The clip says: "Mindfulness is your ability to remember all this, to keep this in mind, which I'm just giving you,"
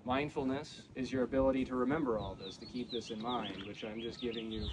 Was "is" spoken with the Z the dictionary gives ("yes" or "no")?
yes